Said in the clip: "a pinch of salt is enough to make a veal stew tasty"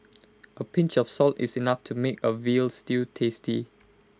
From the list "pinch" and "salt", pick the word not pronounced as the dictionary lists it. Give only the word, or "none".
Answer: none